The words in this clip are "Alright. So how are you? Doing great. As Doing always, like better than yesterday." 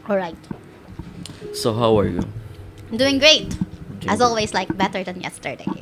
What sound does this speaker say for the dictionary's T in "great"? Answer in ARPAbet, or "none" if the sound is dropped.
T